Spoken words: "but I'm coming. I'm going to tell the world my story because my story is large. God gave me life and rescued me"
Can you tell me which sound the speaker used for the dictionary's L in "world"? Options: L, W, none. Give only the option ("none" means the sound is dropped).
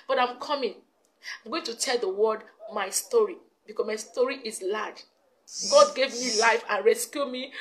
none